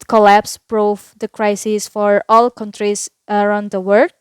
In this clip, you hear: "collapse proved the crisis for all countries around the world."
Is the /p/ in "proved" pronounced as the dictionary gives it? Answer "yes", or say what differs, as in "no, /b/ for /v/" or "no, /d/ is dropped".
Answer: no, /b/ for /p/